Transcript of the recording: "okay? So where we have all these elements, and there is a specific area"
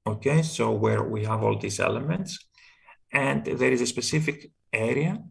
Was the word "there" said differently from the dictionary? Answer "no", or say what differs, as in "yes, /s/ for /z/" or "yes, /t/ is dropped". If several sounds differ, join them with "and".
no